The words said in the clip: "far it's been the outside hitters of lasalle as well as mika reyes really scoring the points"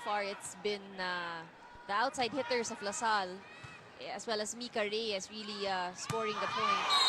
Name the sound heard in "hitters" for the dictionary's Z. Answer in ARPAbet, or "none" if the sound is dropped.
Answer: S